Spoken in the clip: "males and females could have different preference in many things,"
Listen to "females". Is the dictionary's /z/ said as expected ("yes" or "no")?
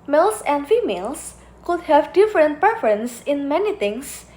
no